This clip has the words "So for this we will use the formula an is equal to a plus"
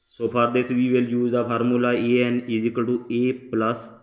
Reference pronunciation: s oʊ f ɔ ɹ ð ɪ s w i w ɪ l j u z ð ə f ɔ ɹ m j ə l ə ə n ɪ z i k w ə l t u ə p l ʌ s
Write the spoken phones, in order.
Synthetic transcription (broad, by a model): s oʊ p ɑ ɹ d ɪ s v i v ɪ l j u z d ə p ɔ ɹ m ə l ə ə n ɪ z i k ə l t u ə p l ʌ s